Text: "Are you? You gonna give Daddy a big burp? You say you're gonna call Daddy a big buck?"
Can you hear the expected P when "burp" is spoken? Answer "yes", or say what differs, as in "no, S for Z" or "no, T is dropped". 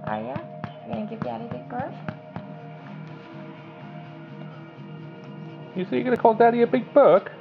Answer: no, F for P